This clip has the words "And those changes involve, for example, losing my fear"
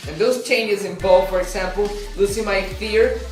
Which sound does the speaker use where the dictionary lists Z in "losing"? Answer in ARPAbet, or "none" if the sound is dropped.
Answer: S